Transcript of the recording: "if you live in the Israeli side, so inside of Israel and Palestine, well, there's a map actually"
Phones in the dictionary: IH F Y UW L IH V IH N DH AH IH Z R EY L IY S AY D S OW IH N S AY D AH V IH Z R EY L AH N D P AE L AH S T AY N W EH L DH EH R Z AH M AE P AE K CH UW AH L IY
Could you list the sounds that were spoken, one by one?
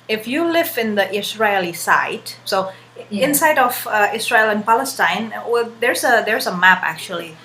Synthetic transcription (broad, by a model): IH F Y UW L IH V IH N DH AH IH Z R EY L IY S AY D S OW IH N S AY D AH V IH S R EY L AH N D P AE L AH S T AY N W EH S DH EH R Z AH M AE P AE K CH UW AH L IY